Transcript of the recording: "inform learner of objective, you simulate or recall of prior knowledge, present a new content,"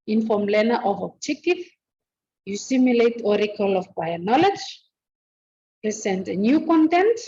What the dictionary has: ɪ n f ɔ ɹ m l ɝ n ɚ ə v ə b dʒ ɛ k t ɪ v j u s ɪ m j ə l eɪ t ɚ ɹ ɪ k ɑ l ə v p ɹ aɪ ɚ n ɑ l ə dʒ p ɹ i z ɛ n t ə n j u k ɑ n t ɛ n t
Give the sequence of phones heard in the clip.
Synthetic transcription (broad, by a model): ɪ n f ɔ m l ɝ n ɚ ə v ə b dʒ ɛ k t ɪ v j u s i m j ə l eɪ t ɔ ɹ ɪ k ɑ l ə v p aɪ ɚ n ɑ l ə dʒ p ɹ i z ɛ n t ə n j u k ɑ n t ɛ n t